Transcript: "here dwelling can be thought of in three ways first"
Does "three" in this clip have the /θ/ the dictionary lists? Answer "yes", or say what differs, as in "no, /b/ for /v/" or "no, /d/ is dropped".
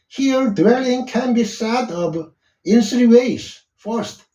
no, /s/ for /θ/